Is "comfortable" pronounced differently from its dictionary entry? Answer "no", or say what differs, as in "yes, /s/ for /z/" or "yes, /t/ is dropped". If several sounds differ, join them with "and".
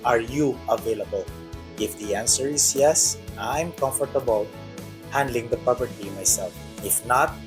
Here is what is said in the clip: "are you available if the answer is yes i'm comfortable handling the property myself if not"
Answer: no